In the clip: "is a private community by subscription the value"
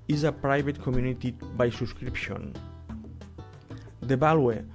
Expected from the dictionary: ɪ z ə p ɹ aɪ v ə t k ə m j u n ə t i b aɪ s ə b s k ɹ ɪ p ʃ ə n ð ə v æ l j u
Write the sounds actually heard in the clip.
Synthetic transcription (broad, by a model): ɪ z ə p ɹ aɪ b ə t k ə m j u n ə t i b aɪ s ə s k ɹ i p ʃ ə n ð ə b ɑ l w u